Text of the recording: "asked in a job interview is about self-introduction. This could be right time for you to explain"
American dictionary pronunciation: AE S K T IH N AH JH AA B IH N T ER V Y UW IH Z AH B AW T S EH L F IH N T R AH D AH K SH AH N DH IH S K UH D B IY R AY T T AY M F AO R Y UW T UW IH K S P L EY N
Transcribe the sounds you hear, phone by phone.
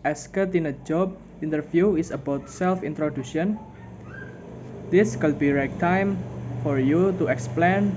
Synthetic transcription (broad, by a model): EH S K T IH N AH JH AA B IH N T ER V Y UW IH S AH B AW T S EH L F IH N T R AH D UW SH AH N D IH S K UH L B IY R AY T T AY M F AO R Y UW T UW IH K S P L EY N